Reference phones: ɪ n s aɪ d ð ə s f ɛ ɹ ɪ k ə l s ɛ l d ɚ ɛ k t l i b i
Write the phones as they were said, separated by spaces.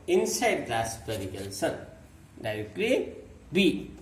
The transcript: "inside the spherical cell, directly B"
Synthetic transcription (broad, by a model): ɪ n s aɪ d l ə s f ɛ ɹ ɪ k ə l s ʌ n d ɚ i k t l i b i